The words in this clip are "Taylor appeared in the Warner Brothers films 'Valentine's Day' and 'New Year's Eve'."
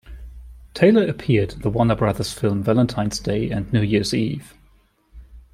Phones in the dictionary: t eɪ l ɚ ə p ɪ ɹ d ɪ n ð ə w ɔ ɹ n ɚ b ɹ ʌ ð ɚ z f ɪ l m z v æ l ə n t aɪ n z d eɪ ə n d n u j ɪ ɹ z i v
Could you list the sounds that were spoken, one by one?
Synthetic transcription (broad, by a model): t eɪ l ɚ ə p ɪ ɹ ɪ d ð ə w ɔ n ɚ b ɹ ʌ ð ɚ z f ɪ l m v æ l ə n t aɪ n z d eɪ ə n n u j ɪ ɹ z i v